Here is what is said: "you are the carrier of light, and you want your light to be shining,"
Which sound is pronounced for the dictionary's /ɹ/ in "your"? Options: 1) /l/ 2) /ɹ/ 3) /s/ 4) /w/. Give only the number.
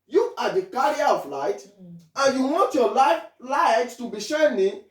1